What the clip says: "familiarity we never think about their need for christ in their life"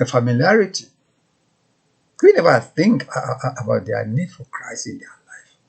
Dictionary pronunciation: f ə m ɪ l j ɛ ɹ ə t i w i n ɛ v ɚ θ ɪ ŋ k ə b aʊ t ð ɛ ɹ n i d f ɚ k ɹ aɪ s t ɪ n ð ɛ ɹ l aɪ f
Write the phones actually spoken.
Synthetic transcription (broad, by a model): f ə m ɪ l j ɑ ɹ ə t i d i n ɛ v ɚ θ ɪ ŋ k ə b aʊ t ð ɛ n i d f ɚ k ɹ aɪ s ɪ n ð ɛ l aɪ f